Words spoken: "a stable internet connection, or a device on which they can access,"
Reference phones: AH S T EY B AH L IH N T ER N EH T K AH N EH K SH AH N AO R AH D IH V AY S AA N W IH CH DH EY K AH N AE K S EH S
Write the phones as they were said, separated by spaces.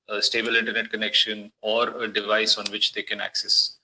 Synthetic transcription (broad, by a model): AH S T EY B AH L IH N T ER N EH T K AH N EH K SH AH N AO R AH D IH V AY S AA N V IH CH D EY K AH N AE K S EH S